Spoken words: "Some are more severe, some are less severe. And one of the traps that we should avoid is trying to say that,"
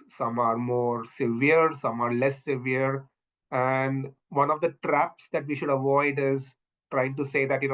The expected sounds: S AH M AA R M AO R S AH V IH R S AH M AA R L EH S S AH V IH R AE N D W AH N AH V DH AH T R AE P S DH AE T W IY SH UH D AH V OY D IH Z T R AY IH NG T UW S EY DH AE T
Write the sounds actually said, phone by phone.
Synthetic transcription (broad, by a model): S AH M AA R M AO R S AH V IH R S AH M AA R L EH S S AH V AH R AE N D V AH N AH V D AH T R AE P S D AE T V IY SH UH D AH V OY D IH Z T R AY IH NG T UW S EY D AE T